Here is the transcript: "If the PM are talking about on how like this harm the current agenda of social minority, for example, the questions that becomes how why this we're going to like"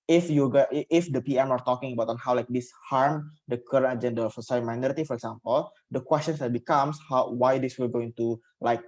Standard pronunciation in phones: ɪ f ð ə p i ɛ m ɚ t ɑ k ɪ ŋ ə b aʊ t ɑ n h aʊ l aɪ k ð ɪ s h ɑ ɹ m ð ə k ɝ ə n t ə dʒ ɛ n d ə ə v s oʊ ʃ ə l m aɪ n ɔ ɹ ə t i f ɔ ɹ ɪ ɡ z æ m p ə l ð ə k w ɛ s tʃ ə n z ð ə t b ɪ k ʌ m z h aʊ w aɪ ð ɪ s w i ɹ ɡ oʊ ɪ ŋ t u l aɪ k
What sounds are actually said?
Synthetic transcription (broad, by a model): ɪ f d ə p i ɛ m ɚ t ɑ k ɪ ŋ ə b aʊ t ɑ n h aʊ l aɪ k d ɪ s h ɑ ɹ m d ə k ɝ ə n t ə dʒ ɛ n d ə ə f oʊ s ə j m aɪ n ɔ ɹ ə t i f ɔ ɹ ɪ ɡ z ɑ m p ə l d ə k w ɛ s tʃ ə n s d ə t b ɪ k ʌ m s h aʊ w aɪ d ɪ s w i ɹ ɡ oʊ ɪ ŋ t u l aɪ k